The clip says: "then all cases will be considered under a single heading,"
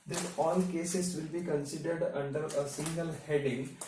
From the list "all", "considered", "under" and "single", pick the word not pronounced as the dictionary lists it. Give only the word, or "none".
none